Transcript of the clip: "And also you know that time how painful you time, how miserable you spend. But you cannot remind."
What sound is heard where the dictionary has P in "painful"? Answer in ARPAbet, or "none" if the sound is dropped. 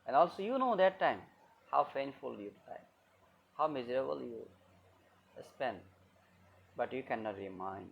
F